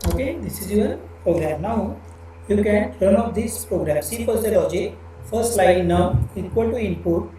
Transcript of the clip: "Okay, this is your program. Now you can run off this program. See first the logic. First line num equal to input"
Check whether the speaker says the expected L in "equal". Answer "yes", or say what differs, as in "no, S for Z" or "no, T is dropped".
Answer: yes